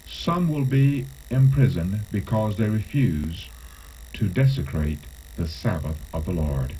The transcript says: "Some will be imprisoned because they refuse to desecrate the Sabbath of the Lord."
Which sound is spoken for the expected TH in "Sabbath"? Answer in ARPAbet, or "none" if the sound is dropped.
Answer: TH